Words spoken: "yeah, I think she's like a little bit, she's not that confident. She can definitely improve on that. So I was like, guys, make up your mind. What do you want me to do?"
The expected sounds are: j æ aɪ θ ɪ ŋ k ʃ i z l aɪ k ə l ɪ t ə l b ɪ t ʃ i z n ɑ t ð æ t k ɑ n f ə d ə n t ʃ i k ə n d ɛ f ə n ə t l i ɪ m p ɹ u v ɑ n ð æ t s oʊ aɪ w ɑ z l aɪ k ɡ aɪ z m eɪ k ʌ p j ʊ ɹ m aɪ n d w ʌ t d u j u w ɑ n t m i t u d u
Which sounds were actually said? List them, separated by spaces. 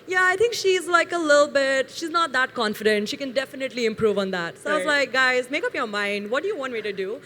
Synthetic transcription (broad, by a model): j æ aɪ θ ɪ ŋ k ʃ i z l aɪ k ə l ɪ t l b ɪ t ʃ i z n ɑ t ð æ t k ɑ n f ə d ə n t ʃ i k ə n d ɛ f ə n ə t l i ɪ m p ɹ u v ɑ n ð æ t s oʊ aɪ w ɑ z l aɪ k ɡ aɪ z m eɪ k ʌ p j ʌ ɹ m aɪ n d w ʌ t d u j u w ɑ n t m i t u d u